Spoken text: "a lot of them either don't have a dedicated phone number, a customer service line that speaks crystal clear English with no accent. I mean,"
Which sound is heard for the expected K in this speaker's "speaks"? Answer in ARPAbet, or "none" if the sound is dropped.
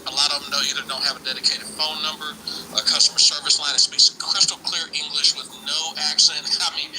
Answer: none